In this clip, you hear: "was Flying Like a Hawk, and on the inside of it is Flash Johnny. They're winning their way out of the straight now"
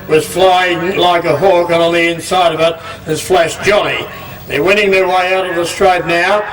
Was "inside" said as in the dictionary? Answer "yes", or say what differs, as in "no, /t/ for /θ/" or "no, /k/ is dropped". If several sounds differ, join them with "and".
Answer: yes